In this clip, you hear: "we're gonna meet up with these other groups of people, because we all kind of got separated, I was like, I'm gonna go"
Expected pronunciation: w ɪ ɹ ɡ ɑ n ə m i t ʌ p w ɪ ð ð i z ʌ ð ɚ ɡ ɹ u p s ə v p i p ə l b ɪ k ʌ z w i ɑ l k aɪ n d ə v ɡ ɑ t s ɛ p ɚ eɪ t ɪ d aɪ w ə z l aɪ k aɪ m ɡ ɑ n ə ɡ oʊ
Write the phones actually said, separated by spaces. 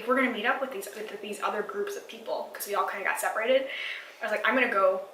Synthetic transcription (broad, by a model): w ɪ ɹ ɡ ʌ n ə m i t ʌ p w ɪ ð ð i z ʌ ð ɚ ɡ ɹ u p s ə v p i p l k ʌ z w i ɑ l k aɪ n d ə ɡ ɑ t s ɛ p ɚ eɪ t ɪ d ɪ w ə z l aɪ k aɪ m ɡ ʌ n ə ɡ oʊ